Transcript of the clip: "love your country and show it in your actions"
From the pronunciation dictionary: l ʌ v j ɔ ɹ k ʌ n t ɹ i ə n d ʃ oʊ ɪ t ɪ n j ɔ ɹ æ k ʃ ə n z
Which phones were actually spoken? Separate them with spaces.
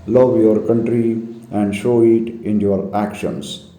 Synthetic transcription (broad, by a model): l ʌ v j ɔ ɹ k ʌ n t ɹ i ə n d ʃ oʊ ɪ t ɪ n j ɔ ɹ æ k ʃ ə n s